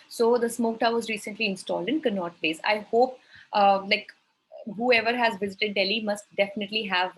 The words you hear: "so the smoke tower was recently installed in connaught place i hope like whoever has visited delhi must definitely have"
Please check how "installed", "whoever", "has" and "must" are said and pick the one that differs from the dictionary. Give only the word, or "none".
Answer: none